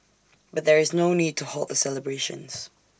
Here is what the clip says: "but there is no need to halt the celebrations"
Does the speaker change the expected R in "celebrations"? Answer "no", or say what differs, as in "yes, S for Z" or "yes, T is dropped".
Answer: no